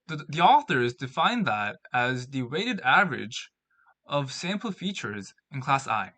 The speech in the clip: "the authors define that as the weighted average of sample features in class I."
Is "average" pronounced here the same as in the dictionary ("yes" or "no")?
yes